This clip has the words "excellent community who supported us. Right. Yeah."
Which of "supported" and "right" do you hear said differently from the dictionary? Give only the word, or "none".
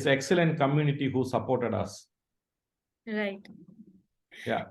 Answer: none